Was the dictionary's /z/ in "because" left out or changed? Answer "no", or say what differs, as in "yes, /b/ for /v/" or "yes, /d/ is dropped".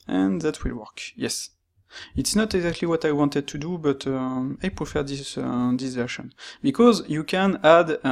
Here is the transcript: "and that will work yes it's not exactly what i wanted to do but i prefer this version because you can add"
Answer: no